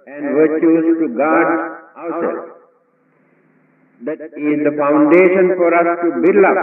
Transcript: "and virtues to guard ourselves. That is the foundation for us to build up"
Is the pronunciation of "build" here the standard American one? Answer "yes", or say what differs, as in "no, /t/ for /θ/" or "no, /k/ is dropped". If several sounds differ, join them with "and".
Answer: no, /d/ is dropped